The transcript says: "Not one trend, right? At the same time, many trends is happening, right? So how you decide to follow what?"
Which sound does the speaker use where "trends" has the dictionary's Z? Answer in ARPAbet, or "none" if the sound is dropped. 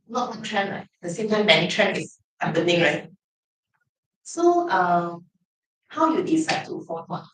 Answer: none